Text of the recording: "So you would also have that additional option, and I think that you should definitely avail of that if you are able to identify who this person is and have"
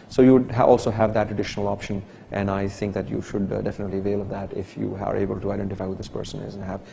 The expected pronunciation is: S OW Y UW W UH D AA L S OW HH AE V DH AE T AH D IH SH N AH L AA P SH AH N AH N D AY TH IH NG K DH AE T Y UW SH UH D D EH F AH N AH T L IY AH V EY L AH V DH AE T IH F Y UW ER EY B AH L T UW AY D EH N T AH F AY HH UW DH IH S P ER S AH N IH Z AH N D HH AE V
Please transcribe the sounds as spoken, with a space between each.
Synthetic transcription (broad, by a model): S OW Y UW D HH AA L S OW HH AE V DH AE T AH D IH SH N AH L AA P SH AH N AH N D AY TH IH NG K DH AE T Y UW SH UH D D EH F AH N AH T L IY AH V EY L AH V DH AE T IH F Y UW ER EY B AH L T UW AY D EH N T AH F AY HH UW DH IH S P ER S AH N IH Z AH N HH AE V